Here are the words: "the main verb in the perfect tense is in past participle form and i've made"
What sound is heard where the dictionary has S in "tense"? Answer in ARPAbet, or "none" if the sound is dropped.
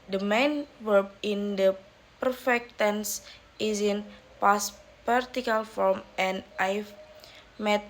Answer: S